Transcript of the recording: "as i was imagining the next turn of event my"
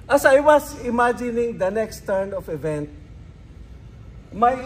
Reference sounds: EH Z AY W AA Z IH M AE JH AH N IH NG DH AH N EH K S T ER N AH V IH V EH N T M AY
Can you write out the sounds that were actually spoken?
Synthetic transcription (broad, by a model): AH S AY W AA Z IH M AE JH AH N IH NG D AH N EH K S T ER N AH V IH V EH N T M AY